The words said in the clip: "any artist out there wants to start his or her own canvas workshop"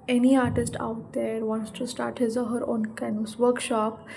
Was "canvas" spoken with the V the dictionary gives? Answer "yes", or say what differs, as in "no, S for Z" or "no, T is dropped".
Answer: no, V is dropped